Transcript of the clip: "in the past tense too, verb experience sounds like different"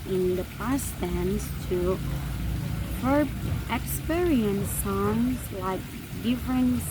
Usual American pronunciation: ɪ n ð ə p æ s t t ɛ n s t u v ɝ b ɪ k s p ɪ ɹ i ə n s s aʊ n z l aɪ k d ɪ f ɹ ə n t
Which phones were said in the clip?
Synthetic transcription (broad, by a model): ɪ n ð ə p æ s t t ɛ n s t u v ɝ ɪ k s p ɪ ɹ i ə n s s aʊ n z l aɪ k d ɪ f ɹ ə n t